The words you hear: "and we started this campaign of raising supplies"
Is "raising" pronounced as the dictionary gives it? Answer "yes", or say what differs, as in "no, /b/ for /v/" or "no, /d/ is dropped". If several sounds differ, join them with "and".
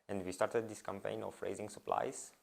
yes